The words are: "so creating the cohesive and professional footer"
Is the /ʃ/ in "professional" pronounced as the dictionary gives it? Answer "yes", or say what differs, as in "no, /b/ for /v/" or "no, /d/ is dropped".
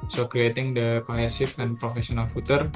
no, /s/ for /ʃ/